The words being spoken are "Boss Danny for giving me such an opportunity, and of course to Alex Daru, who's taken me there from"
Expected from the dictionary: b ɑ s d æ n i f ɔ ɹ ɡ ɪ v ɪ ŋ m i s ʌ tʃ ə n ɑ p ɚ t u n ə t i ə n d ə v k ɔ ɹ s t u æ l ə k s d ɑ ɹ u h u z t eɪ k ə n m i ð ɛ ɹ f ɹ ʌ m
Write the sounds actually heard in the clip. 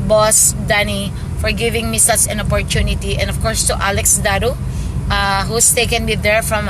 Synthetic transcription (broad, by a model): b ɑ s d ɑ n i f ɔ ɹ ɡ ɪ v ɪ ŋ m i s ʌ s ə n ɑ p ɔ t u n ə t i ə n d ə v k ɔ ɹ s t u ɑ l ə k s d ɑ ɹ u h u s t eɪ k ə n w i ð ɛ ɹ f ɹ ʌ m